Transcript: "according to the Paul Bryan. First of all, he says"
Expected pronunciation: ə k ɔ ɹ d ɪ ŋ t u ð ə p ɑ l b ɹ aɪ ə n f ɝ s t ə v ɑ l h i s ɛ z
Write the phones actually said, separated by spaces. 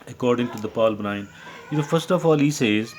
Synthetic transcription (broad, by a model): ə k ɔ ɹ d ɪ ŋ t u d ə p ɑ l b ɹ aɪ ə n f ɝ s t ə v ɑ l h i s ɛ z